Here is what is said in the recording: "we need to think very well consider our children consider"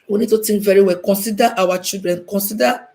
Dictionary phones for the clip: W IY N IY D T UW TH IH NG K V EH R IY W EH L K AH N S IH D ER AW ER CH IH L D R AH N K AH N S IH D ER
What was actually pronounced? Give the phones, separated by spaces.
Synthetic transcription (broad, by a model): W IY N IY D T UW T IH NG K V EH R IY W EH L K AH N S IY D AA AW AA CH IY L D R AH N K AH N S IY D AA